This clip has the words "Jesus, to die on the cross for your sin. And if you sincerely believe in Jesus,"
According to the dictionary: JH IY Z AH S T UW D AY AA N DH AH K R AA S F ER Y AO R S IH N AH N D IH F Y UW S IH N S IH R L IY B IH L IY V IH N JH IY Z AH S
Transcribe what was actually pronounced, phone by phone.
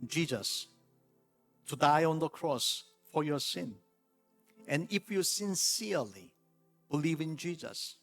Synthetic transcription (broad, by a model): JH IY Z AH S T UW D AY AA N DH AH K R AA S F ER Y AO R S IH N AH N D IH F Y UW S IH N S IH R L IY B IH L IY V IH N JH IY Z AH S